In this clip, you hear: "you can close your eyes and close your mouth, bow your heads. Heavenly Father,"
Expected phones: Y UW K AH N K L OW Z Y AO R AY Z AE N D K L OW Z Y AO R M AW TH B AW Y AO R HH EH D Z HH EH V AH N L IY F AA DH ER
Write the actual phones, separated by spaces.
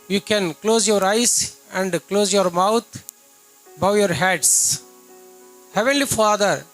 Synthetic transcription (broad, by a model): Y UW K AH N K L OW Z Y AO R AY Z AE N D K L OW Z Y AO R M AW T B AW Y AO R HH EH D S HH EH V AH N L IY F AA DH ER